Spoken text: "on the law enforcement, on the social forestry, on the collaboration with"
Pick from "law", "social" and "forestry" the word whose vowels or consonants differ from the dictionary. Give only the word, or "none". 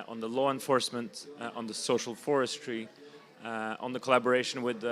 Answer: none